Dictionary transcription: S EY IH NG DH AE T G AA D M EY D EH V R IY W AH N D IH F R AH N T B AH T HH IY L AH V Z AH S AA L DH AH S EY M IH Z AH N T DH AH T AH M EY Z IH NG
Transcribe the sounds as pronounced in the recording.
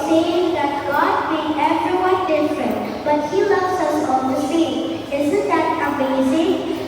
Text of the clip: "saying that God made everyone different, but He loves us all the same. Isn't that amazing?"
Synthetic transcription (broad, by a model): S EY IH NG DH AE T G AA D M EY EH V R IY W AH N D IH F R AH N T B AH T HH IY L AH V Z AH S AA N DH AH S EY IH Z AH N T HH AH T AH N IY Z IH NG